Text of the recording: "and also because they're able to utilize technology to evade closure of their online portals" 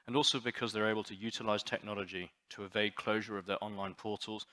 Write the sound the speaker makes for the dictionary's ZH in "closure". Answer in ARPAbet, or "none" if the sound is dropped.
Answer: ZH